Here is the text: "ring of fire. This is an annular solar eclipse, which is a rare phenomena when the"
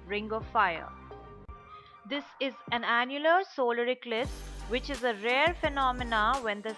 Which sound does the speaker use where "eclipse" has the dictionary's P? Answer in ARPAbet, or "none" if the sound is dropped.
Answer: none